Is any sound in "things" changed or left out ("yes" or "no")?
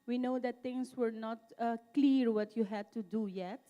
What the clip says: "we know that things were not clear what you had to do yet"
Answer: yes